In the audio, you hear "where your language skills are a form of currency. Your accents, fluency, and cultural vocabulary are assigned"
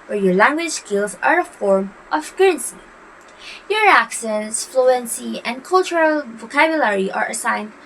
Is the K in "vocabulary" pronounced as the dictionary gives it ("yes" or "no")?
yes